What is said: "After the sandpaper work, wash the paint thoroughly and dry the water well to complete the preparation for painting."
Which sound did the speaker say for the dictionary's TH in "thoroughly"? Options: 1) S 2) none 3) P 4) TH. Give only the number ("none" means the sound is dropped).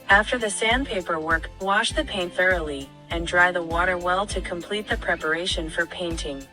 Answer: 4